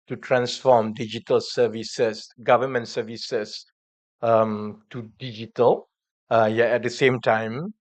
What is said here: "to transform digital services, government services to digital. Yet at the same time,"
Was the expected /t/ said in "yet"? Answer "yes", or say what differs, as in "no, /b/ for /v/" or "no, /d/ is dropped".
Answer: no, /t/ is dropped